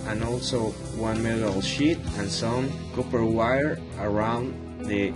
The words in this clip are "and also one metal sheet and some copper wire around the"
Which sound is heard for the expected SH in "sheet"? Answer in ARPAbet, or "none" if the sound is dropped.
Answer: SH